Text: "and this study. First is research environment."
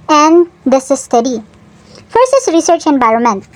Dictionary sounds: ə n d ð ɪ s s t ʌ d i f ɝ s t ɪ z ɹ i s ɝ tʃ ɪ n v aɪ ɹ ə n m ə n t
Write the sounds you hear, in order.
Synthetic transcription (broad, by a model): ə n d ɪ s s t ʌ d i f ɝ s ɪ s ɹ i s ɝ tʃ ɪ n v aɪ ɹ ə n m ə n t